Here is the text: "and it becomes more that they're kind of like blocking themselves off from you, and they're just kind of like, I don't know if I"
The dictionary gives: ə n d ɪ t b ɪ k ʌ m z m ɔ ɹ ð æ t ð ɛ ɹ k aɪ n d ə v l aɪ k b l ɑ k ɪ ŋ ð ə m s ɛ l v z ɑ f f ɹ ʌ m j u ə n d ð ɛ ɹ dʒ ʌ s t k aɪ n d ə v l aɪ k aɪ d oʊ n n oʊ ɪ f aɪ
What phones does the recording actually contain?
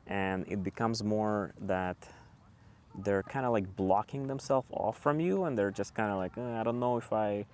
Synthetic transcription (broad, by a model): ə n ɪ t b ɪ k ʌ m z m ɔ ɹ ð æ t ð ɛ ɹ k aɪ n d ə l aɪ k b l ɑ k ɪ ŋ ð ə m s ɛ l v ɑ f f ɹ ʌ m j u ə n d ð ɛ ɹ dʒ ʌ s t k aɪ n d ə l aɪ k aɪ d oʊ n n oʊ ɪ f aɪ